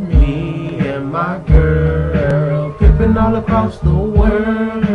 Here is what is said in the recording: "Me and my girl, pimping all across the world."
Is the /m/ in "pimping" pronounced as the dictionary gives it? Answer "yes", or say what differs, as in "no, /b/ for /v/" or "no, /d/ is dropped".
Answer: no, /m/ is dropped